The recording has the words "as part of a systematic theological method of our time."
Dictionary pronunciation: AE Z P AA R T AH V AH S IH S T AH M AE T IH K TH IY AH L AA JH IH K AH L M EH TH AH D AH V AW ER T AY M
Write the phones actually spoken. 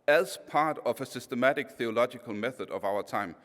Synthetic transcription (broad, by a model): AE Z P AA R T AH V AH S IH S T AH M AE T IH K TH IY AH L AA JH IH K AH L M EH TH AH D AH V AW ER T AY M